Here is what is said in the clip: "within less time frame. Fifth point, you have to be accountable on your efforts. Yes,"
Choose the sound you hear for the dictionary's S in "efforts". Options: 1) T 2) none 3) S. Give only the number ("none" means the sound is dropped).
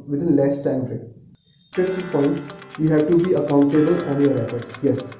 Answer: 3